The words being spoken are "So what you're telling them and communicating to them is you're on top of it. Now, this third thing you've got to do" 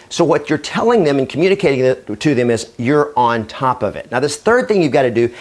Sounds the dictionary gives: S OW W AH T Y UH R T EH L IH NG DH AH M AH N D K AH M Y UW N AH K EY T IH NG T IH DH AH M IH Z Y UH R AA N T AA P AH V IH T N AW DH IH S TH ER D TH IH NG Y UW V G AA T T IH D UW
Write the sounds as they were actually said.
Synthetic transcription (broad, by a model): S OW W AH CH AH R T EH L IH NG DH AH M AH N K M Y UW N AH K EY T IH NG T IH DH AH M IH Z Y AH R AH N T AA P AH V IH T N AW DH IH S TH ER D TH IH NG Y UW V G AA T T IH D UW